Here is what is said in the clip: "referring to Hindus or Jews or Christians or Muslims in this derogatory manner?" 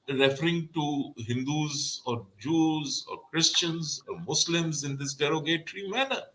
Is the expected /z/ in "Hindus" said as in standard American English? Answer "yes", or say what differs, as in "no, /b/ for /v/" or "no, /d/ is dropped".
yes